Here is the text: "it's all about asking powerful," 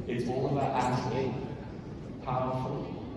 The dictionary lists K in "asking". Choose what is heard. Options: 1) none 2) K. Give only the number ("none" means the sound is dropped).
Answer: 1